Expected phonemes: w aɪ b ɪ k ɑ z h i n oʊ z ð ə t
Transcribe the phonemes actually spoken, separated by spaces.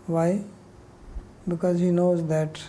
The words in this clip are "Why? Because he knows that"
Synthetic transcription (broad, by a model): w aɪ b ɪ k ɑ z h i n oʊ z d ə t